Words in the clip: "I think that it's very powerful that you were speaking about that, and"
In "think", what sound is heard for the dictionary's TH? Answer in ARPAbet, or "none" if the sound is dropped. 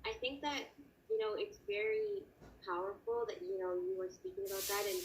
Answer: TH